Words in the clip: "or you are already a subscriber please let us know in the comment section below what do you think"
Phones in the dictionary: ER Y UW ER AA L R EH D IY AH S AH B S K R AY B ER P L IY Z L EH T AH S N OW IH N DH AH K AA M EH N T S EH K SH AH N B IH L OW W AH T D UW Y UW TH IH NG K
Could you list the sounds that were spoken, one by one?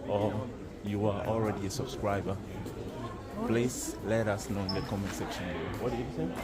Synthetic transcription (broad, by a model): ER Y UW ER AA L R EH D IY AH S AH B S K R AY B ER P L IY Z L EH T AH S N OW IH N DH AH K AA M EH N S EH K SH AH N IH OW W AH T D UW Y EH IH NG